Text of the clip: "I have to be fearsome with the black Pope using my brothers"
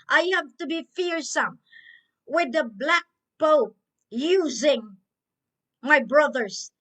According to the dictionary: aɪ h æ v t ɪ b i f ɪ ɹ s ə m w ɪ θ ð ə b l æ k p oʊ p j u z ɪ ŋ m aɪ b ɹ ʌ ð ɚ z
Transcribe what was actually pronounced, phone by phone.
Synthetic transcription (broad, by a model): aɪ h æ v t ɪ b i f ɪ ɹ s ə m w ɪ ð ə b l æ k b oʊ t j u z ɪ ŋ m aɪ b ɹ ʌ ð ɚ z